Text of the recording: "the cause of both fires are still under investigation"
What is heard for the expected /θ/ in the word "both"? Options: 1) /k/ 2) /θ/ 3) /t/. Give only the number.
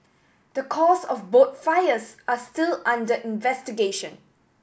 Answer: 3